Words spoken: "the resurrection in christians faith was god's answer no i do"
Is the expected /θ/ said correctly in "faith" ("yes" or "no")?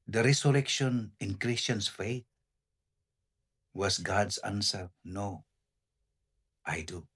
no